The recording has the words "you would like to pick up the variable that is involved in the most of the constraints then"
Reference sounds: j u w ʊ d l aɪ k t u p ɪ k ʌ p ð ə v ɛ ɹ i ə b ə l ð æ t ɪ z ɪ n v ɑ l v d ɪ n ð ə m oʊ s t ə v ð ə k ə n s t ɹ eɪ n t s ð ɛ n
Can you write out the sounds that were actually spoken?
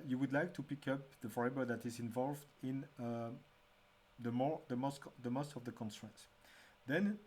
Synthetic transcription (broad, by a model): j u w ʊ d l aɪ k t u p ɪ k ʌ p ð ə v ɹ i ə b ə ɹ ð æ t ɪ z ɪ n v ɑ l v d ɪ n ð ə m oʊ s t ə v ð ə k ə n s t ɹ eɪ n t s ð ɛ n